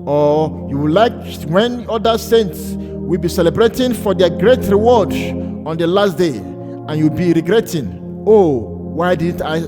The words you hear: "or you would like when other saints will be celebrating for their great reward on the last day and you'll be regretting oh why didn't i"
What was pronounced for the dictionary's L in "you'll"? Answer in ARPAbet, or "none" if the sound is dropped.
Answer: W